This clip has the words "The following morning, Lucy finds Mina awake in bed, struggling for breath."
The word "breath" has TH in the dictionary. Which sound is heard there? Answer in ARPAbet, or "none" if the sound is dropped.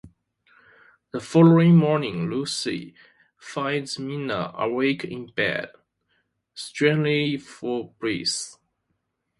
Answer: S